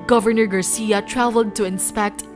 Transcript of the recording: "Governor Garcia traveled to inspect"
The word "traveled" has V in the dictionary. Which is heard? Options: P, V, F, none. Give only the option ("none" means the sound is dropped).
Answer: V